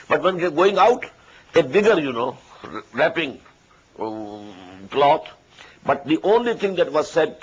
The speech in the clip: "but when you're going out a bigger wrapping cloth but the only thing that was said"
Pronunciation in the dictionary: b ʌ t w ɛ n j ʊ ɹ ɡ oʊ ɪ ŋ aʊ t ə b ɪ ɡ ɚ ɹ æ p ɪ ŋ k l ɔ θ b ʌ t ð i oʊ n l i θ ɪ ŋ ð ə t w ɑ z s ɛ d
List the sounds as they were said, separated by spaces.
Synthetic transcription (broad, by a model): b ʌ t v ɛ n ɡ ɡ oʊ ɪ ŋ aʊ t ə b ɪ ɡ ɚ ɹ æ p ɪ ŋ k l ɔ t b ʌ t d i oʊ n l i t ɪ ŋ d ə t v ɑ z s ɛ d